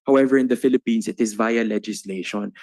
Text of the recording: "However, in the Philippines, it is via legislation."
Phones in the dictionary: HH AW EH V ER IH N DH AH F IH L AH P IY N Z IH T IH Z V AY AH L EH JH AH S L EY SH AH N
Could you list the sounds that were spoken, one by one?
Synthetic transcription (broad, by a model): HH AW EH V ER IH N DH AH F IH L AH P IY N S IH T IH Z V AY AH L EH JH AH S L EY SH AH N